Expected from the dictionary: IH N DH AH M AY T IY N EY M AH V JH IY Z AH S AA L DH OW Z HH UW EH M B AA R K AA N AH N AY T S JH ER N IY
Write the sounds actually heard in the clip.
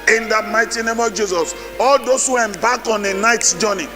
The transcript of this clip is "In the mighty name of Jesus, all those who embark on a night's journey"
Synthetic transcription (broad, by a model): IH N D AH M AY T IY N EY M AH V JH IY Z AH S AA L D OW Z HH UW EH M B AA K AA N AH N AY T JH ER N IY